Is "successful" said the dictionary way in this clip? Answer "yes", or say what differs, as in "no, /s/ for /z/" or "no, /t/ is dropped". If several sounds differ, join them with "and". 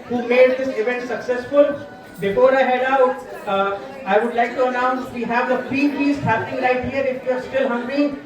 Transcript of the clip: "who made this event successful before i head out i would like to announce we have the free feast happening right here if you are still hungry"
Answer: yes